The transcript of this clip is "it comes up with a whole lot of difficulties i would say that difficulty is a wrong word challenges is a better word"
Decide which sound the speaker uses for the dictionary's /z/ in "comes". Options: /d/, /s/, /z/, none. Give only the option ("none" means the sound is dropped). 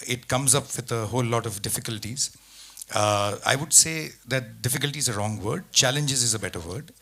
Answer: /z/